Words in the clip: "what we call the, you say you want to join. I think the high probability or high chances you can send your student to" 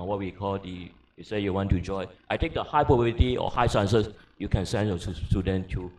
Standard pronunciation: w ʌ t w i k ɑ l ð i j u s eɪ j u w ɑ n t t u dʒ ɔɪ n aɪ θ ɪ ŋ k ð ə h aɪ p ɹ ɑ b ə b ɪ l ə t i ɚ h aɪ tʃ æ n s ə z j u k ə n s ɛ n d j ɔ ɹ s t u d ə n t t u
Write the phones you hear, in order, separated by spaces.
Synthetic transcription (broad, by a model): w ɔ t w i k ɑ l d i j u s eɪ j u w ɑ n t t u dʒ ɔɪ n aɪ t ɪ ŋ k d ə h aɪ p ɹ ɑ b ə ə t i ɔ h aɪ s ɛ n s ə s j u k ə n s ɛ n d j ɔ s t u d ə n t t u